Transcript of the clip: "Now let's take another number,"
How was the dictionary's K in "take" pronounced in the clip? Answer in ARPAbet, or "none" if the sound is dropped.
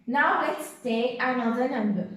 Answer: none